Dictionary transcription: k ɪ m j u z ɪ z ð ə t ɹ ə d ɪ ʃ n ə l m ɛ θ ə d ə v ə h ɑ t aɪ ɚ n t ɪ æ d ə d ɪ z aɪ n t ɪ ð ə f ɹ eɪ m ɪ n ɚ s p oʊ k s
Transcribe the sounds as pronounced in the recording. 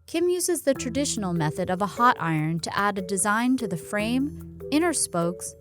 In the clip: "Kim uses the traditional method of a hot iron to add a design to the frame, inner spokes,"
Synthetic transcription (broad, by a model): k ɪ m j u z ɪ z ð ə t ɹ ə d ɪ ʃ n l m ɛ θ ə d ə v ə h ɑ t aɪ ɚ n t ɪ æ d ə d ɪ z aɪ n t ɪ ð ə f ɹ eɪ m ɪ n ɚ s p oʊ k s